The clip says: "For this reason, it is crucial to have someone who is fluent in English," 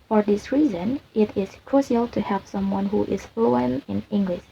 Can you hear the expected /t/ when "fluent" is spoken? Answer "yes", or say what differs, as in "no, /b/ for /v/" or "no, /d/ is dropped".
no, /t/ is dropped